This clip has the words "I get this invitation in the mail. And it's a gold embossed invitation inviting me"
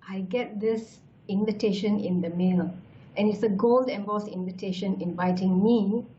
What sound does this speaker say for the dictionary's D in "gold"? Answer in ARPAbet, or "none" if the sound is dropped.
D